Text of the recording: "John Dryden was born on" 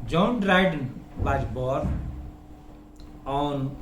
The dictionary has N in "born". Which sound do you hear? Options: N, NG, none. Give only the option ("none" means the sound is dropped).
none